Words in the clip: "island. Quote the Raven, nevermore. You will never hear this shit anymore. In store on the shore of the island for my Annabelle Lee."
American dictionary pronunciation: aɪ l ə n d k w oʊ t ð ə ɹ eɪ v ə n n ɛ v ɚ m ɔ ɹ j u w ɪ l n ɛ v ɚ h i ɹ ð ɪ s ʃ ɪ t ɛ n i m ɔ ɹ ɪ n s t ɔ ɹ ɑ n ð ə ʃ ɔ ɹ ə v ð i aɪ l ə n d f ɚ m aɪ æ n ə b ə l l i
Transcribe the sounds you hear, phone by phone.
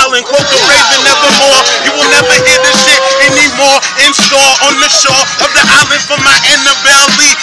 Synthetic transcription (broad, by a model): l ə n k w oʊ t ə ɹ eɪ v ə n n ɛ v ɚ m ɔ ɹ j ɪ w ɪ l n ɛ v ɚ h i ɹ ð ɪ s ʃ ɪ t ɛ n i m ɔ ɹ ɪ n s t ɔ l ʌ n ð ə ʃ ɔ ɹ ə v ð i aɪ l ə n d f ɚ m aɪ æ n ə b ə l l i